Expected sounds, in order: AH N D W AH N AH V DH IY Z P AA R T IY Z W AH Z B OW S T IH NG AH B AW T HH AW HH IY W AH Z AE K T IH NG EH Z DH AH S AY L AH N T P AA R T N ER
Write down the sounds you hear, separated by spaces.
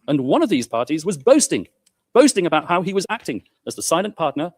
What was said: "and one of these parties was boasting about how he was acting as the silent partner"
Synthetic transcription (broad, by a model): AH N W AH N AH V DH IY Z P AA R T IY Z W AH Z B OW S T IH NG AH B AW T HH AW IY W AH Z AE K T IH NG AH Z DH AH S AY L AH N P AA R T N ER